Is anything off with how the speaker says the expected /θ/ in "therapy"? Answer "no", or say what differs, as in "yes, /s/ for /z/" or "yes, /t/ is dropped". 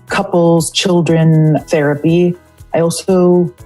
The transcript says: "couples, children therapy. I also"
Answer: no